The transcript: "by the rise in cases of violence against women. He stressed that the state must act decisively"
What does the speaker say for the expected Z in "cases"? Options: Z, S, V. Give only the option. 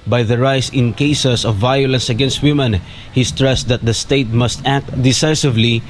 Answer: S